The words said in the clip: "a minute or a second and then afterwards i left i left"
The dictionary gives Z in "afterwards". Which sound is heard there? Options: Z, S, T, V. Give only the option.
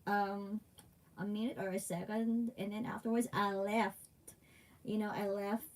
Z